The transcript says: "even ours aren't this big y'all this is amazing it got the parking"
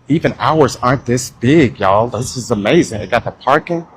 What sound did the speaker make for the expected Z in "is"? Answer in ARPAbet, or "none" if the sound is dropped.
Z